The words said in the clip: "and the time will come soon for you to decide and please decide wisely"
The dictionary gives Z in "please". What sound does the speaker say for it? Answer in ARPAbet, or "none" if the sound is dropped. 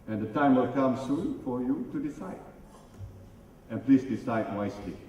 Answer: S